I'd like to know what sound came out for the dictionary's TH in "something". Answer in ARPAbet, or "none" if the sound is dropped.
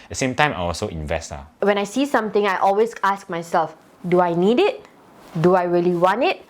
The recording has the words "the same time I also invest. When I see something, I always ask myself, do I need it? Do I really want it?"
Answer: T